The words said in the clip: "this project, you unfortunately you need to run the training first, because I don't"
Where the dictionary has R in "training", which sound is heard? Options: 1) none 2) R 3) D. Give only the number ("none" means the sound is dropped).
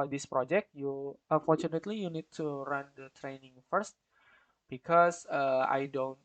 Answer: 2